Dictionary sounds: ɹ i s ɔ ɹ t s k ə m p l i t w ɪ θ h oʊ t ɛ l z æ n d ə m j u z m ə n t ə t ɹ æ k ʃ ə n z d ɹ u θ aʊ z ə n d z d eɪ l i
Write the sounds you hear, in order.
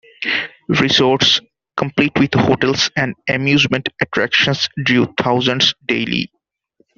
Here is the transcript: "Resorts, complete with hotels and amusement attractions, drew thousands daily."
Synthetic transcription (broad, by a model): ɹ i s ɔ ɹ t s k ə m p l i t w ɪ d h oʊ t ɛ l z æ n d ə m j u z m ə n t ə t ɹ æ k ʃ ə n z d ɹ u t aʊ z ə n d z d eɪ l i